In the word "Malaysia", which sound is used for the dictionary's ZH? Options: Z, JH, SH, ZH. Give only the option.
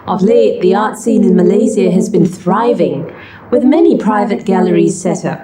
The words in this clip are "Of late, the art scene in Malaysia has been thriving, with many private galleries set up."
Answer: Z